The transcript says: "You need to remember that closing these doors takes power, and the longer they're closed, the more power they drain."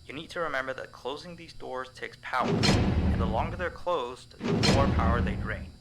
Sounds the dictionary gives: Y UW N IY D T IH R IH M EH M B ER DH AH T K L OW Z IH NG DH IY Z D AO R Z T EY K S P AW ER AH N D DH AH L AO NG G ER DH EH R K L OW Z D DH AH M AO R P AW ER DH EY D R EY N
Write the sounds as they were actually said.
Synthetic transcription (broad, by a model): Y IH N IY D T IH R IH M EH M B ER DH AH T K L OW Z IH NG DH IY Z D AO R Z T EY K S P AW ER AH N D DH AH L AO NG G ER DH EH R K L OW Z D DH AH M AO R P AW ER DH EY D R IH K